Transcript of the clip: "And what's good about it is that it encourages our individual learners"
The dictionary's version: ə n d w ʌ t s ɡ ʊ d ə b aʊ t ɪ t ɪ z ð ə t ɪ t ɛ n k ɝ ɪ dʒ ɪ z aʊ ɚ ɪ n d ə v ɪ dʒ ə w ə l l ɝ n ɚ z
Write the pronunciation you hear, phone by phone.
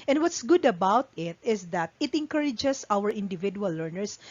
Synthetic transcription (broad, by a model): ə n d w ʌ t s ɡ ʊ d ə b aʊ t ɪ t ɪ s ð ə t ɪ t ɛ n k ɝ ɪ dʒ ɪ s aʊ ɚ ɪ n d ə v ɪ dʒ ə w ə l l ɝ n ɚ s